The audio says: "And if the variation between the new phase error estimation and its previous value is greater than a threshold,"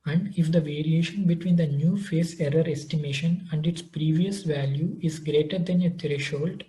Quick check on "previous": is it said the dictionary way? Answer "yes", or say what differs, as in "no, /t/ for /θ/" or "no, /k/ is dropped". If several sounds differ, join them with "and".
yes